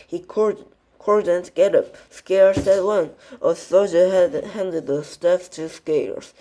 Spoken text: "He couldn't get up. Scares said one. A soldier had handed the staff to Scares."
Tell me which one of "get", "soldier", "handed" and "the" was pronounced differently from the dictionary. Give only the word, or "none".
soldier